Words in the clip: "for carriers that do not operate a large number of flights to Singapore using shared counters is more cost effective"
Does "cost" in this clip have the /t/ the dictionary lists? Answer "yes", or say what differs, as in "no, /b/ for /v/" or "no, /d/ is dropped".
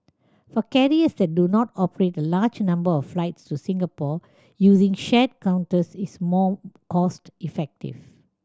yes